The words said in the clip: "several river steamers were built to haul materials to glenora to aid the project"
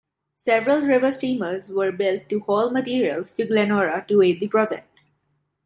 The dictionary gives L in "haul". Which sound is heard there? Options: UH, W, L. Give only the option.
L